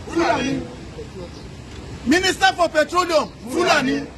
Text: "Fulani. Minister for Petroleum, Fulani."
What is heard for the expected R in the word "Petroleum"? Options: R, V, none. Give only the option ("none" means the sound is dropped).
R